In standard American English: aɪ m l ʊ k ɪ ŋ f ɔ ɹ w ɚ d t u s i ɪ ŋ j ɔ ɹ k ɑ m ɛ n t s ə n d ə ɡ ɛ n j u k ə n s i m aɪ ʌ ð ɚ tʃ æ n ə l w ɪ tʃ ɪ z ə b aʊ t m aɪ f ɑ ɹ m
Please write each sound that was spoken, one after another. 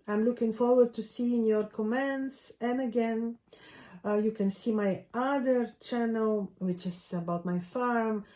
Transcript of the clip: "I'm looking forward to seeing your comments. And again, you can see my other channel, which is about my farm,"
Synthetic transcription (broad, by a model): aɪ m l ʊ k ɪ ŋ f ɔ ɹ w ɚ d t u s i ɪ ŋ j ɔ ɹ k ɑ m ɛ n t s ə n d ə ɡ ɛ n j u k ə n s i m aɪ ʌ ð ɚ tʃ æ n ə l w ɪ tʃ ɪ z ə b aʊ t m aɪ f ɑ ɹ m